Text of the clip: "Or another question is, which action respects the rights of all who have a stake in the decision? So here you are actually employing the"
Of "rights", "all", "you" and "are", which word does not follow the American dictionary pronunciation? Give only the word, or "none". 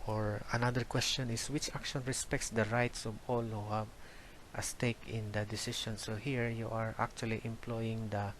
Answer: none